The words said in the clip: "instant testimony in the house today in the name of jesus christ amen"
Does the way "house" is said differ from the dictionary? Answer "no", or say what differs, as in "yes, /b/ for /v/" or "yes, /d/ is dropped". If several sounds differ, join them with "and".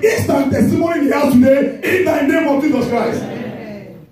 yes, /s/ is dropped